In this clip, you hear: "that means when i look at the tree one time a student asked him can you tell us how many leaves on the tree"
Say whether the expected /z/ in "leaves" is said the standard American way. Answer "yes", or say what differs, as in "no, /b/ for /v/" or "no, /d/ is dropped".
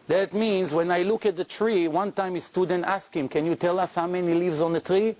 yes